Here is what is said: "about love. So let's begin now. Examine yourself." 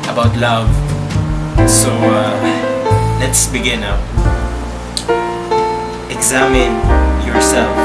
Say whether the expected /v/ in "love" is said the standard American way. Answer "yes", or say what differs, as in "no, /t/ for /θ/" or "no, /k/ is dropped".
yes